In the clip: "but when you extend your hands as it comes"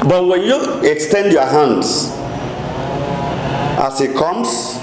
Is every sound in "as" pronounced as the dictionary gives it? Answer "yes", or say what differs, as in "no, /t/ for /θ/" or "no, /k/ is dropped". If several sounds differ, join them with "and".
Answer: no, /s/ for /z/